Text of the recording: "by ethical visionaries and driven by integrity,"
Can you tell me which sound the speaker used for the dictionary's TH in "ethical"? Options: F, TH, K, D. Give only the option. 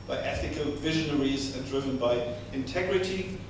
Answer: TH